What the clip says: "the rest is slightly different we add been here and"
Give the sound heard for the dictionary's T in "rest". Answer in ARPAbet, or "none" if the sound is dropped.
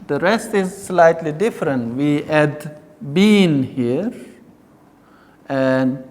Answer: T